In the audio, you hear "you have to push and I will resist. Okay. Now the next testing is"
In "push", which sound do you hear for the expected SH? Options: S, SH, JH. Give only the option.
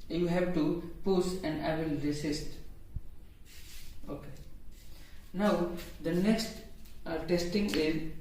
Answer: S